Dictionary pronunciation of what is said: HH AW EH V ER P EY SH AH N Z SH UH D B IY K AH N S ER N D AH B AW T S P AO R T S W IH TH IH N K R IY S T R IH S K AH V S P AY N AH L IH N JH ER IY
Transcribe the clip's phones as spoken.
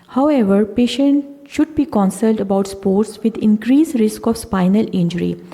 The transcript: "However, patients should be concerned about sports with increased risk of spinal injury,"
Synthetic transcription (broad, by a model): HH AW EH V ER P EY SH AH N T SH UH D B IY K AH N S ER L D AH B AW T S P AO R T S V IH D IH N K R IY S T R IH S K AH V S P AY N AH L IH N JH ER IY